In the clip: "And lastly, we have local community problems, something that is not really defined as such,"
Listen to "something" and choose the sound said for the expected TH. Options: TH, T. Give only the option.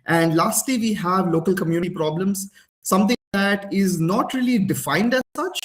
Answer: T